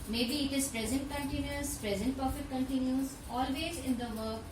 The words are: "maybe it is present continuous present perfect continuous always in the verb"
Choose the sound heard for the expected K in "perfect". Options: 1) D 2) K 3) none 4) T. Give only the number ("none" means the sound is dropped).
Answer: 3